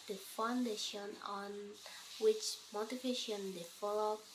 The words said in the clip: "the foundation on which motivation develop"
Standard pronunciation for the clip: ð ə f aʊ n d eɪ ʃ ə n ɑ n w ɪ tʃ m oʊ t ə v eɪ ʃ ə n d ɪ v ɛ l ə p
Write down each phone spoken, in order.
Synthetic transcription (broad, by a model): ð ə f aʊ n d eɪ ʃ ə n ɑ n w ɪ tʃ m oʊ t ə v eɪ ʃ ə n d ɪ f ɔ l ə